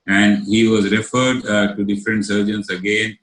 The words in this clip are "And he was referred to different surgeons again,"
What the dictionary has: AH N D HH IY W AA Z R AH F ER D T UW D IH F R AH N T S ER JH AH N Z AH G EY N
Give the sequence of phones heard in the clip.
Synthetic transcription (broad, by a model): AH N D HH IY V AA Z R AH F ER D T UW D IH F R AH N T S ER JH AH N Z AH G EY N